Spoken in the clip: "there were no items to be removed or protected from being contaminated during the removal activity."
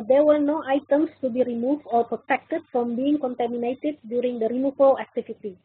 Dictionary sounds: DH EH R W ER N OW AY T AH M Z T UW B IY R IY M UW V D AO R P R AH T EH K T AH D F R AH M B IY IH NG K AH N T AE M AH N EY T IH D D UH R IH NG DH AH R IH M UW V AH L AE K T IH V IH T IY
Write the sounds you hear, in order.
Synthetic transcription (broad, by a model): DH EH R W ER N OW AY T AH M S T UW B IY R IY M UW V D AO R P R AH T EH K T AH D F R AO M B IY IH NG K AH N T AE M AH N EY T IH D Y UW R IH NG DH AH R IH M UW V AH L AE K T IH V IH T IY